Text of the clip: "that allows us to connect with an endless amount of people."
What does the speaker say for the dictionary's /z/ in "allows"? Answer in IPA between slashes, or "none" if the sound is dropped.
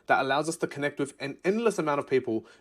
/z/